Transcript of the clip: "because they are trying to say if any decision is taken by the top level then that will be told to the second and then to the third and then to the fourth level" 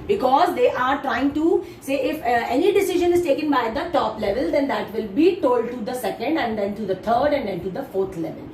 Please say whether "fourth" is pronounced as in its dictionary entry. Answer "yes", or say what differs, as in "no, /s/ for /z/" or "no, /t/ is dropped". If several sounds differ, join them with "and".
no, /t/ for /θ/